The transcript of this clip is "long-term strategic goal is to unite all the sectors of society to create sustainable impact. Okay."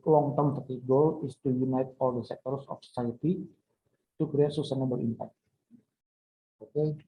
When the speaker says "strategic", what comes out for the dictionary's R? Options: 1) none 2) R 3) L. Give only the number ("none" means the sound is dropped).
1